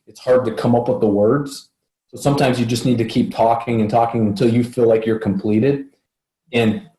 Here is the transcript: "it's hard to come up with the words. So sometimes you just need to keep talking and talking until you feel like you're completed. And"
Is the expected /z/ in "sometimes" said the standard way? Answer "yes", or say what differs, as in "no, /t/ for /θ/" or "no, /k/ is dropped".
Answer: yes